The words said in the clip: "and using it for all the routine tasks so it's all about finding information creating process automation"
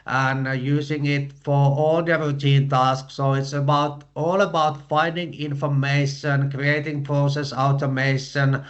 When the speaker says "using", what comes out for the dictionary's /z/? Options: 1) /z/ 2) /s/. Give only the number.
2